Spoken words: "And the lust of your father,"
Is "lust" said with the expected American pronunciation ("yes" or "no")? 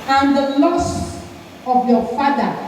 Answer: no